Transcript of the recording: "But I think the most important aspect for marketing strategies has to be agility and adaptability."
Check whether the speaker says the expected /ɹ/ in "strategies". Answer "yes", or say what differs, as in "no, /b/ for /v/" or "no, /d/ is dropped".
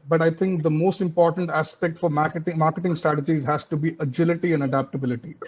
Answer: yes